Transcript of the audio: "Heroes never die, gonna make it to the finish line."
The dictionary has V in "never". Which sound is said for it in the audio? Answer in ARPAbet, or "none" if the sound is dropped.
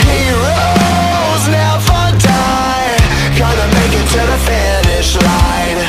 F